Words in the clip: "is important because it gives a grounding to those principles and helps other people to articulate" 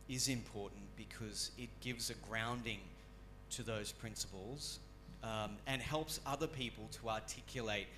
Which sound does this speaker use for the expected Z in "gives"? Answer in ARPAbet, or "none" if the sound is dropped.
Z